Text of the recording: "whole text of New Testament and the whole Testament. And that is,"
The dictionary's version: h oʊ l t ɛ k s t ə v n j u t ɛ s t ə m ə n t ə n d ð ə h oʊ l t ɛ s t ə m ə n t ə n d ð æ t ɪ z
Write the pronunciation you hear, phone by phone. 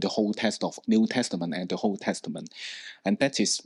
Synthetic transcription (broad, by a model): h oʊ l t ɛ s t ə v n j u t ɛ s t ə m ə n t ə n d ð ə h oʊ l t ɛ s t ə m ə n t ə n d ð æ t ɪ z